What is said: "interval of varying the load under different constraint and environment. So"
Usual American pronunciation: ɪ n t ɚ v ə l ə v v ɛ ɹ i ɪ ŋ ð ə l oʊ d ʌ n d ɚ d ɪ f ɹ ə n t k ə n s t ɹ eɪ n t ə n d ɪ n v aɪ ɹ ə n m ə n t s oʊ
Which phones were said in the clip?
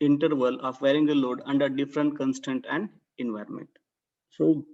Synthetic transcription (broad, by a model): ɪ n t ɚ v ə l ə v v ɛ ɹ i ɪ ŋ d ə l oʊ d ʌ n d ɚ d ɪ f ɹ ə n t k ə n s t eɪ n t ə n d ɪ n v aɪ ɹ ə n m ə n t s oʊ